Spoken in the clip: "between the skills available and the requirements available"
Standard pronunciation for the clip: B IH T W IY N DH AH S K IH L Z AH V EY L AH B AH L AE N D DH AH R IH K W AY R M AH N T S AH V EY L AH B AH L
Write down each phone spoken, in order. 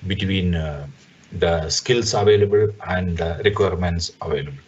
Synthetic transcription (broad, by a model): B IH T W IY N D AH S K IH L S AH V EY L AH B AH L AE N D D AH R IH K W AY R M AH N T S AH V EY L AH B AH L